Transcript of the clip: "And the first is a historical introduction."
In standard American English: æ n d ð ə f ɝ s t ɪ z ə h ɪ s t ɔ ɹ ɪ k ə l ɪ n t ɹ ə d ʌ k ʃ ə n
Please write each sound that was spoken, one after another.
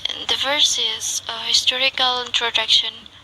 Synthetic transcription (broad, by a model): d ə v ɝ s ɪ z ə h ɪ s t ɔ ɹ ɪ k ə l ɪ n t ɹ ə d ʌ k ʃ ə n